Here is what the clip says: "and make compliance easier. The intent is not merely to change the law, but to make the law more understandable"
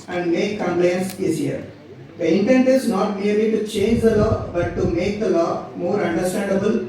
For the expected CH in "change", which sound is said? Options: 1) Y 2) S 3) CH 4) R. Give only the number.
3